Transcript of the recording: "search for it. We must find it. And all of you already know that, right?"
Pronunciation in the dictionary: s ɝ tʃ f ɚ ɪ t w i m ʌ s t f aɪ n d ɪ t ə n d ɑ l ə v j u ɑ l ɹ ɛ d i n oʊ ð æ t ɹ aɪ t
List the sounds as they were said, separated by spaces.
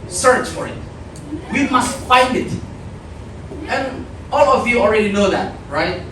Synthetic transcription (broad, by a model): s ɝ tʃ f ɚ ɪ t w i m ʌ s t f aɪ n d ɪ t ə n ɑ l ə v j u ɑ l ɹ ɛ d i n oʊ ð æ t ɹ aɪ t